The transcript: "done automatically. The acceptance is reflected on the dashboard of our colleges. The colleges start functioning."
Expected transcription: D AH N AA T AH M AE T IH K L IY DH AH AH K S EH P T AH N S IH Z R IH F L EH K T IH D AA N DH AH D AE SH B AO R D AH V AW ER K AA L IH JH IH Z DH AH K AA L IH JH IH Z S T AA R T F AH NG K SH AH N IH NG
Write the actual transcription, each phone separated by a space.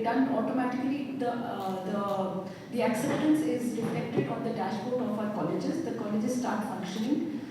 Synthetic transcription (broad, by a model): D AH N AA T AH M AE T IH K L IY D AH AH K S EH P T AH N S IH Z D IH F EH K T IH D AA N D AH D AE SH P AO R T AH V AW ER K AA L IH JH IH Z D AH K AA L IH JH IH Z S T AA R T F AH NG K SH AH N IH NG